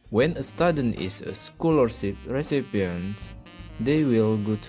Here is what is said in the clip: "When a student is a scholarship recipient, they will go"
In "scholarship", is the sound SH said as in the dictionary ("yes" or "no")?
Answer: no